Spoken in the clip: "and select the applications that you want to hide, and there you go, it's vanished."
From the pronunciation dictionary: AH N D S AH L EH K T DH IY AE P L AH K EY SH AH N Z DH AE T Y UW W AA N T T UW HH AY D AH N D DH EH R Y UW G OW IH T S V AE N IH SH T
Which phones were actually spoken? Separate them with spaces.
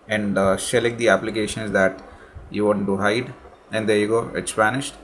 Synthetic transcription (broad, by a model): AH N D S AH L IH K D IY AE P L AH K EY SH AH N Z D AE T Y UW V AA T T UW HH AY D AH N D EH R Y UW G OW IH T S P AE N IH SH T